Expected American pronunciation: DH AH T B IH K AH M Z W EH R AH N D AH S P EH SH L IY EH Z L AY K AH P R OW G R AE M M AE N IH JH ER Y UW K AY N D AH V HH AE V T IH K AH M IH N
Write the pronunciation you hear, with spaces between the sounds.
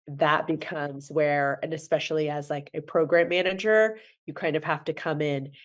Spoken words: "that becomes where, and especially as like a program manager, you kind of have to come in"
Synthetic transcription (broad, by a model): DH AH T B IH K AH M Z W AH R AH N AH S P EH SH L IY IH Z L AY K AH P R OW G R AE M M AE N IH JH ER Y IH K AY N D AH V HH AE F T IH K AH M IH N